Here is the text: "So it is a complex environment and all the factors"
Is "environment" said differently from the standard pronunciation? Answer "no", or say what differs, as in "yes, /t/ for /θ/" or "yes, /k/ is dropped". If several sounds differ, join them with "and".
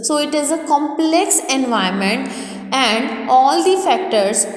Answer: yes, /ɹ/ is dropped